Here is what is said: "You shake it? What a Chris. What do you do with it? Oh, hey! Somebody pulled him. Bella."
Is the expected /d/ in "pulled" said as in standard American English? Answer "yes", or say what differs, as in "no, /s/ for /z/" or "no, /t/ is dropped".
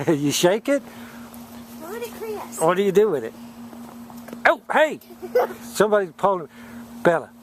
no, /d/ is dropped